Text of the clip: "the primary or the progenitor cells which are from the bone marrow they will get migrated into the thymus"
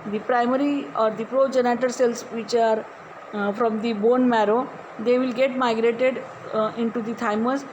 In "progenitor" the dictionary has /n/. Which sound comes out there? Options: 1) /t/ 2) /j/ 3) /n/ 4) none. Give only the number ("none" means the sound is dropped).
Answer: 3